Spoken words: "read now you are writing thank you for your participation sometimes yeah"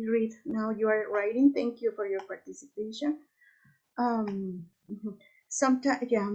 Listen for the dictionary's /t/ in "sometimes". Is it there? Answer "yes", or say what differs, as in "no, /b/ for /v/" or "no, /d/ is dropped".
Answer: no, /s/ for /t/